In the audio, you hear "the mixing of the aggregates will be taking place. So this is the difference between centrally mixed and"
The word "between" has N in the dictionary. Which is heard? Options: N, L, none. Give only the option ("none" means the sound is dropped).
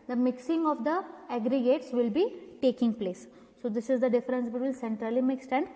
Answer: L